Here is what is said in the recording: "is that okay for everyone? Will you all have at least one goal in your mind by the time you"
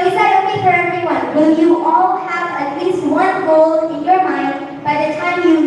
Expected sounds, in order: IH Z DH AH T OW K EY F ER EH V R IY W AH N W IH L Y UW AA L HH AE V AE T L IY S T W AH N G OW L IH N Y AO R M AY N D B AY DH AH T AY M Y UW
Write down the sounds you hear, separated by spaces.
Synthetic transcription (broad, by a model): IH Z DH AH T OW EY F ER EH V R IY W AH N W IH L Y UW AA L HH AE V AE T L IY S T W AH N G OW L IH N Y AO R M AY N D B AY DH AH T AY M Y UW